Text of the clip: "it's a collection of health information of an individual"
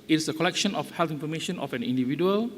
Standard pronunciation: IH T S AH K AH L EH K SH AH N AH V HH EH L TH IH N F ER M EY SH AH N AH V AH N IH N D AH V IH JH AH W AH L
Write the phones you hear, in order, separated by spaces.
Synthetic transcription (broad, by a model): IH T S AH K AH L EH K SH AH N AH F HH EH L T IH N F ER M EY SH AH N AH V AH N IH N D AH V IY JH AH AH L